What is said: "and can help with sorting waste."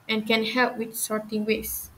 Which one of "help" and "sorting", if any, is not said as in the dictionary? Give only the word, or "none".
none